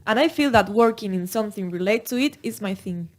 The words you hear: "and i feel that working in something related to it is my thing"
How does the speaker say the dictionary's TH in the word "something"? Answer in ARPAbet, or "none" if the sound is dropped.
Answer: TH